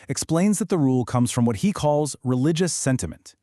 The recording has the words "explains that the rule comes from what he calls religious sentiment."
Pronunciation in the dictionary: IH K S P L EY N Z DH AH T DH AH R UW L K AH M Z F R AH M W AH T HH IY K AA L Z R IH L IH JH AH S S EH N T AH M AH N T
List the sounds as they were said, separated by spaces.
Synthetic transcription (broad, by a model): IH K S P L EY N Z DH AH T DH AH R UW L K AH M Z F R AH M W AH T HH IY K AA L Z R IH L IH JH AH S S EH N T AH M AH N T